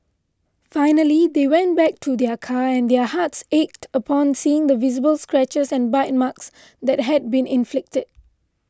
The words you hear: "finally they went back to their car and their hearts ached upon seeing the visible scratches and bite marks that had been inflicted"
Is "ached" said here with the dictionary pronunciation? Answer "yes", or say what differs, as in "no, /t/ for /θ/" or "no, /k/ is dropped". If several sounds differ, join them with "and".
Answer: yes